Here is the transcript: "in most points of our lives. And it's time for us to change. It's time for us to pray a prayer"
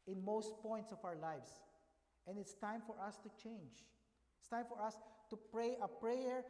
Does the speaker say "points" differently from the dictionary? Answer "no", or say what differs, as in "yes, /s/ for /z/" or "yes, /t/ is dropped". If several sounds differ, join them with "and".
no